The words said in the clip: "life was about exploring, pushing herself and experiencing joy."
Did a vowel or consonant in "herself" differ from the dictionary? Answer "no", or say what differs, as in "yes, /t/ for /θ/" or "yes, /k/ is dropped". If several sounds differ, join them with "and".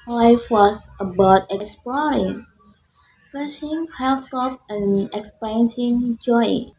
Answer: yes, /l/ is dropped